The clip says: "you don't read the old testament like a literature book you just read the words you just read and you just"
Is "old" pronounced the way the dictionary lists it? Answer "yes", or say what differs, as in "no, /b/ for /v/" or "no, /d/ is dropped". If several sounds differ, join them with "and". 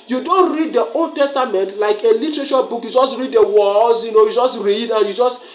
yes